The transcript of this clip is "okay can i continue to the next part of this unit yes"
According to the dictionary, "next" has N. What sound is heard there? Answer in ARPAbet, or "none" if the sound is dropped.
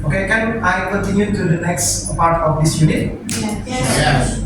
L